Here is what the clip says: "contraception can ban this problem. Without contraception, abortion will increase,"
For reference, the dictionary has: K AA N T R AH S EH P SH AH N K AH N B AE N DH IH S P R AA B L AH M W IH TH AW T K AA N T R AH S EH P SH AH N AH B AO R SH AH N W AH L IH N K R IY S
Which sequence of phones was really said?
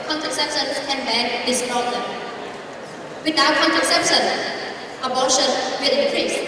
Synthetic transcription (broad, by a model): K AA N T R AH S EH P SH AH N K AH N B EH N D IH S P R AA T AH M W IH T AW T K AA N T R AH S EH P SH AH N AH B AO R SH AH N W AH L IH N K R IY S